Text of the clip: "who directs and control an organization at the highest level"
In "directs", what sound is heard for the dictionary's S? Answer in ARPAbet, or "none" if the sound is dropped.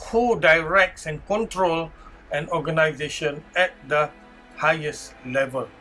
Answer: S